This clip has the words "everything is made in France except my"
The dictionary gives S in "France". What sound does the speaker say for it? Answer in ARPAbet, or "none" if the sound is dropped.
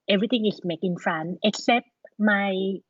none